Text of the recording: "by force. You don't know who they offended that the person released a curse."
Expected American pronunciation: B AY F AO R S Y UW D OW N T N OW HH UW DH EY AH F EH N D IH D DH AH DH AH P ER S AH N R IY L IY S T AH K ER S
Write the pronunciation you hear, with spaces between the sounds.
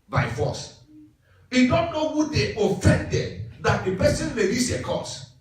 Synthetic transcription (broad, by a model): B AY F AO S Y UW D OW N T N OW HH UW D EY AH F EH N D IH D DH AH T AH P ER S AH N L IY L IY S AH K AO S